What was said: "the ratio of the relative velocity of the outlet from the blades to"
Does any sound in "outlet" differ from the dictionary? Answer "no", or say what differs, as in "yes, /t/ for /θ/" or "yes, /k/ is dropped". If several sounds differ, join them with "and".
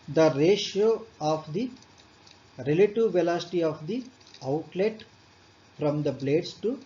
no